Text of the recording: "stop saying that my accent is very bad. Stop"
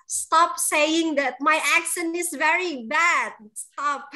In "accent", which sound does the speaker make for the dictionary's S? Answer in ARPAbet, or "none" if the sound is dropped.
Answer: SH